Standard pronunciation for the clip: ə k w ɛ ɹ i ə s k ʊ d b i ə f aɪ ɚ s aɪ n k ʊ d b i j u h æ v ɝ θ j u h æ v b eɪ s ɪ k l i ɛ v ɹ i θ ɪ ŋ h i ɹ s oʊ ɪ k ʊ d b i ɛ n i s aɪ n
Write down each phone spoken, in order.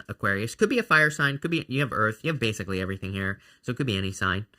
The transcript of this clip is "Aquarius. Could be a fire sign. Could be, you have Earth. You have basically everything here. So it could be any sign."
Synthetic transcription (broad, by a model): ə k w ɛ ɹ i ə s k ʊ d b i ə f aɪ ɚ s aɪ n k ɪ d b i j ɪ v ɝ θ j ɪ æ v b eɪ s ɪ k l i ɛ v ɹ i θ ɪ ŋ h i ɹ s oʊ ɪ k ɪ d b i ɛ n i s aɪ n